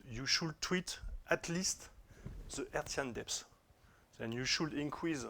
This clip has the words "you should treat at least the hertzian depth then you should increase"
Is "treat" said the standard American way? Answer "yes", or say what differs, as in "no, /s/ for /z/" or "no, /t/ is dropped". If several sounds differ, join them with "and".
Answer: no, /w/ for /ɹ/